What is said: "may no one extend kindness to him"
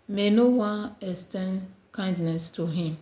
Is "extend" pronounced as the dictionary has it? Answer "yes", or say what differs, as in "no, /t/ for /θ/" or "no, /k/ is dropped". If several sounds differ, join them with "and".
no, /k/ is dropped